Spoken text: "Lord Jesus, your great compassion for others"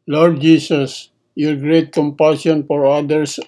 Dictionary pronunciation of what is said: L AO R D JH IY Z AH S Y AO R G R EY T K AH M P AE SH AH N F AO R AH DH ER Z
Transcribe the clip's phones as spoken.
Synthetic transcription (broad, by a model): L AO R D JH IY S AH S Y AO R G R EY T K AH M P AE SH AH N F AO R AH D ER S